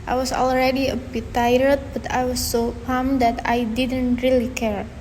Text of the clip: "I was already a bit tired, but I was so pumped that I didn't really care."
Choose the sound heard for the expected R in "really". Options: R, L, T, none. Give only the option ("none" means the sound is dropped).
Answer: R